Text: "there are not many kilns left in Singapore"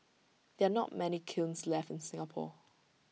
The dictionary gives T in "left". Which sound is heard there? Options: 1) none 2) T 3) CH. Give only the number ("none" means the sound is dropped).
2